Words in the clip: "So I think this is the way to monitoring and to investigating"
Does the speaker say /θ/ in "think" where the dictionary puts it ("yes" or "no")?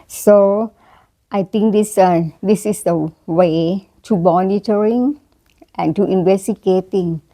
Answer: no